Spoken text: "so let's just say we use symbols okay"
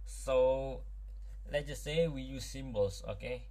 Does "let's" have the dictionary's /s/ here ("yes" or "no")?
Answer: no